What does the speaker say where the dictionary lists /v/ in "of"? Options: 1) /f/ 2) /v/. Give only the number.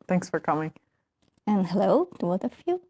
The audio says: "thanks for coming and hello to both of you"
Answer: 1